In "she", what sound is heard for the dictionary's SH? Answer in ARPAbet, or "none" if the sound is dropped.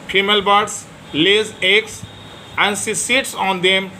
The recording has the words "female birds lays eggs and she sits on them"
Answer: S